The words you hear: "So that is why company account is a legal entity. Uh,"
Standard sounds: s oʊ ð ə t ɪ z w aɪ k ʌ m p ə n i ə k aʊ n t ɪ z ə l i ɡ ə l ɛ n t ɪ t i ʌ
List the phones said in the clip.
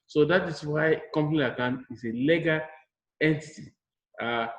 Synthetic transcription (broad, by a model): s oʊ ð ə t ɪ s w aɪ k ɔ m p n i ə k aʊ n ɪ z ə l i ɡ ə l ɛ n t ɪ t i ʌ